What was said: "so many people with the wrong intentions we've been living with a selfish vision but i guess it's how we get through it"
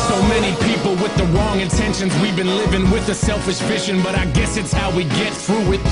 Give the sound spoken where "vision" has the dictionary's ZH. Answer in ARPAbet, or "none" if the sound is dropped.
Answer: SH